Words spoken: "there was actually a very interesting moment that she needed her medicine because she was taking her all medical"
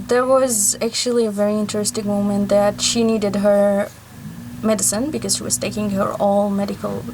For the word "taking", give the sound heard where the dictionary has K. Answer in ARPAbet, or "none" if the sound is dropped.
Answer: K